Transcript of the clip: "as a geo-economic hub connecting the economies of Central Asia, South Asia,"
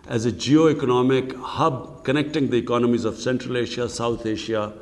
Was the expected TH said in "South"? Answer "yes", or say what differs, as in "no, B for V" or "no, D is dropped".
no, T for TH